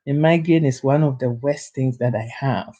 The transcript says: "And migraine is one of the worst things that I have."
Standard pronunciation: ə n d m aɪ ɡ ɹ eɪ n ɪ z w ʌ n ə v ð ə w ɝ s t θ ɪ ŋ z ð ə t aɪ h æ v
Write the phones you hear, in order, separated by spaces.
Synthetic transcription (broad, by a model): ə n m aɪ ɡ eɪ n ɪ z w ʌ n ə v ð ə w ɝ s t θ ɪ ŋ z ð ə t aɪ h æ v